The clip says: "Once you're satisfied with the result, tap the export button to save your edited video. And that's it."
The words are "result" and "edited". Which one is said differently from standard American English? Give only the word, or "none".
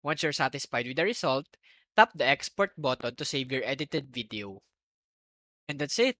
result